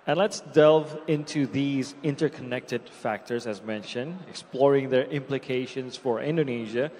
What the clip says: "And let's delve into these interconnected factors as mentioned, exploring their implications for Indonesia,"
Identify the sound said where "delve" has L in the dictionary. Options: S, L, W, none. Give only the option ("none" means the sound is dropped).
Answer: L